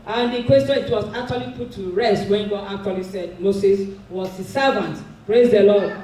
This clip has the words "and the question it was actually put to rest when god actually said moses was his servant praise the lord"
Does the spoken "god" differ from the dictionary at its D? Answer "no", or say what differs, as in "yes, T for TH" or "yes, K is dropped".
yes, D is dropped